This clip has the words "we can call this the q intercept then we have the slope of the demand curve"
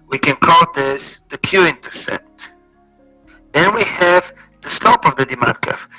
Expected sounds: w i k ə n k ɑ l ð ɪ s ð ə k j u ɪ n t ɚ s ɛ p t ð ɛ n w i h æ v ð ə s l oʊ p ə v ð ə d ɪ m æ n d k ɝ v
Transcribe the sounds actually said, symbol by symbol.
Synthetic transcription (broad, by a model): w i k ə n k ɑ l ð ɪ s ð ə k j u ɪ n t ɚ s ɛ t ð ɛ n w i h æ v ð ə s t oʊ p ə v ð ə d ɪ m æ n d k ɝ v